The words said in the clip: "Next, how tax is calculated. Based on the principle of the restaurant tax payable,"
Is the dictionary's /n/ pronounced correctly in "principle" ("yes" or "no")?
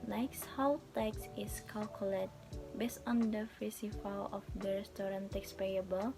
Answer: no